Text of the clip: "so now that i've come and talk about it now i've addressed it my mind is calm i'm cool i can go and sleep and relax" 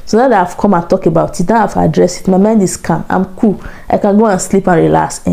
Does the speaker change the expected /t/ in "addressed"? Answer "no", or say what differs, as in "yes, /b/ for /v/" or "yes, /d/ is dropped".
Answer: yes, /t/ is dropped